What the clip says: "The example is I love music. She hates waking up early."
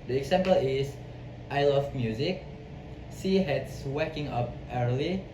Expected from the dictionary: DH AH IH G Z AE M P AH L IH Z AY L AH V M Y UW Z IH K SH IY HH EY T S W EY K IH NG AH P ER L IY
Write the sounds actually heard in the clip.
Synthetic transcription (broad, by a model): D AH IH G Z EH M P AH L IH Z AY L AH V M Y UW Z IH K S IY HH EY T S W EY K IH NG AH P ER L IY